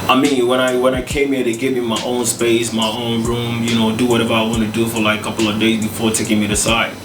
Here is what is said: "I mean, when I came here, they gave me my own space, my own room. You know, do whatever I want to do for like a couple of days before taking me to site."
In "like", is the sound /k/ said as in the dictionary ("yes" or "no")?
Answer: no